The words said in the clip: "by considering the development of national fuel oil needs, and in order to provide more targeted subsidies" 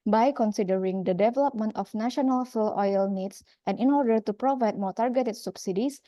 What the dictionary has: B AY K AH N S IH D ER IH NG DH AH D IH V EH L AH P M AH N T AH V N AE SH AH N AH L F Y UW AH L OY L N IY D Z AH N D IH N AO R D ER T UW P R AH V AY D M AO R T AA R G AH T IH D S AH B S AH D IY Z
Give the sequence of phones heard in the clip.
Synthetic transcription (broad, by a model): B AY K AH N S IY D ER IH NG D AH D IH V EH L AH P M AH N T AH F N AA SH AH N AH L F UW L OY L N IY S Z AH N IH N AO R D ER T UW P R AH V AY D M AO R T AA R G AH T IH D S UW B S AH D IY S